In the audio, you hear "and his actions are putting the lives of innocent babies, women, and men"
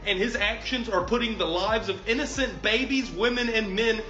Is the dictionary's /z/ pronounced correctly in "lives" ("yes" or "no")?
yes